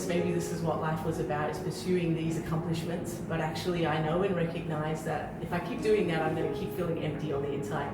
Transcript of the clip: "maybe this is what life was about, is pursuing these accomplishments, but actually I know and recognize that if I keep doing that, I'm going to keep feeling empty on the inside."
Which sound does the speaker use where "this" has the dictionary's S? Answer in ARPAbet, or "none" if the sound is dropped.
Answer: S